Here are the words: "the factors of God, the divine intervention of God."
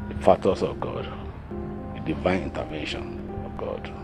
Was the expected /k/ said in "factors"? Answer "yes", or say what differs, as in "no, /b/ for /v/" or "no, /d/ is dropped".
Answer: no, /k/ is dropped